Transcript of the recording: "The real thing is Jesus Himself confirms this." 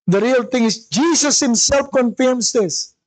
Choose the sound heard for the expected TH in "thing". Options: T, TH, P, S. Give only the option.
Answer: T